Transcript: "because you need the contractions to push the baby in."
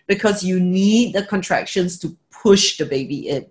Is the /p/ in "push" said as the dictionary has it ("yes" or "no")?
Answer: yes